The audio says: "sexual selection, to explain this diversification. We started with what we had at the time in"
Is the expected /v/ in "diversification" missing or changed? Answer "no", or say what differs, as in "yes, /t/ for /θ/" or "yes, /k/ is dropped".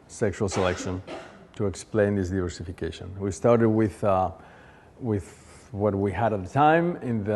no